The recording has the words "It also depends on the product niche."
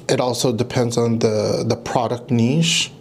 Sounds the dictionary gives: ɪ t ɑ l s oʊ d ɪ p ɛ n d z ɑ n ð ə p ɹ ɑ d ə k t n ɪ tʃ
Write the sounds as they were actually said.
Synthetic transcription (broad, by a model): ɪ t ɑ l s oʊ d ɪ p ɛ n d z n ð ə p ɹ ɑ d ə k t n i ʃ